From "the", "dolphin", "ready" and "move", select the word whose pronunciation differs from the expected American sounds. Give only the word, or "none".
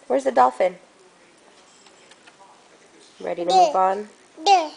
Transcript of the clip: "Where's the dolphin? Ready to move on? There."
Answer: move